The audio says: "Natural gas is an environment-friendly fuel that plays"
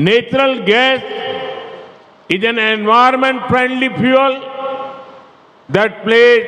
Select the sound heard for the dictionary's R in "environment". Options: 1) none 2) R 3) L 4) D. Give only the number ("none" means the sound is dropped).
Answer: 1